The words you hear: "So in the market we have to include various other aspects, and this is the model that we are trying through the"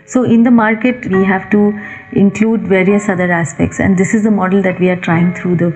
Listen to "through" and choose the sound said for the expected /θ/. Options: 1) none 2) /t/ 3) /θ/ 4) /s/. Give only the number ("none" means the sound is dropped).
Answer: 2